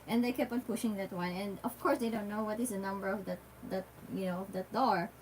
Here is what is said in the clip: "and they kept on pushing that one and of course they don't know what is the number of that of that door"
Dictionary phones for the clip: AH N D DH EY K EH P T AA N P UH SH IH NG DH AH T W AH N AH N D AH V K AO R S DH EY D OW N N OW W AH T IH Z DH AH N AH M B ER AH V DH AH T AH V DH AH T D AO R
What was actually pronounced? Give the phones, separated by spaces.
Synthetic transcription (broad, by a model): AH N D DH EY K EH P AA N P UH SH IH NG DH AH T W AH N AH N D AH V K AO R S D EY D OW N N OW W AH T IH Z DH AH N AH M B ER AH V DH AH T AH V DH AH T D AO R